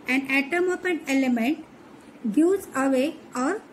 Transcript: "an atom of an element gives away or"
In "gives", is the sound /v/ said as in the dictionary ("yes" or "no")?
no